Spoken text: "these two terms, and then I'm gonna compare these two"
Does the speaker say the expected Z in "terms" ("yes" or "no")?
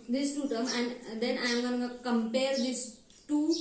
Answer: no